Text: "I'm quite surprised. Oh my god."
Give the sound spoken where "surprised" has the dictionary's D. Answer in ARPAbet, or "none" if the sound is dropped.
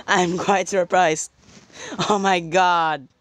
none